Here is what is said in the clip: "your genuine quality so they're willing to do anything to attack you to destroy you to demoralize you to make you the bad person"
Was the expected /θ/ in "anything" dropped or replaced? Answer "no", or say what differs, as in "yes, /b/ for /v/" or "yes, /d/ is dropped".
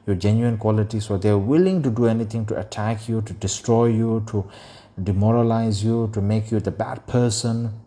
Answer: yes, /t/ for /θ/